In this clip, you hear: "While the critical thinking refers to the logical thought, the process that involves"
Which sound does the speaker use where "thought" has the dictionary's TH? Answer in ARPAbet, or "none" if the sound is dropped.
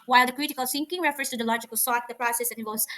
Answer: S